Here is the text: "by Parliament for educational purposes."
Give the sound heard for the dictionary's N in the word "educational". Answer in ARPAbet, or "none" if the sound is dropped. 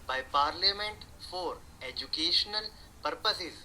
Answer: N